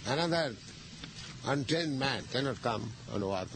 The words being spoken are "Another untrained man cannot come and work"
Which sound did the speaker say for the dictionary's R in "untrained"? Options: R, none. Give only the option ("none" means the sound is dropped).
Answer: none